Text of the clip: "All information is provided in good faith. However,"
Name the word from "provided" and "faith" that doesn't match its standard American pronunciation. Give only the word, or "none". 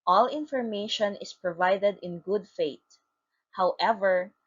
faith